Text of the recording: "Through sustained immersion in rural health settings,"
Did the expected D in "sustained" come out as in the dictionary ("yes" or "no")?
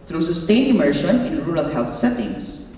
no